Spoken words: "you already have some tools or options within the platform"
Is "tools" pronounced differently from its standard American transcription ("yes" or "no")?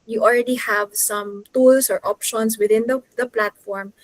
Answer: yes